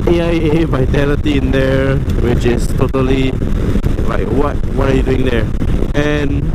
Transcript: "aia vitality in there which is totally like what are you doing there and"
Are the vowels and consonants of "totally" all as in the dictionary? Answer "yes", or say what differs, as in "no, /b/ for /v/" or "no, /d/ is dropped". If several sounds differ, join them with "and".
yes